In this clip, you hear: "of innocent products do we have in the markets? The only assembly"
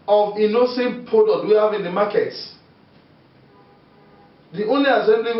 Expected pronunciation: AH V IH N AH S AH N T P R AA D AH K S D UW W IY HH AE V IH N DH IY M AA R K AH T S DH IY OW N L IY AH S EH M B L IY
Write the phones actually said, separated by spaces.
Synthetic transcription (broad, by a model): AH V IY N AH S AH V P AA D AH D W IY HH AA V IH N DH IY M AA K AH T S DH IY OW N L IY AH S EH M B L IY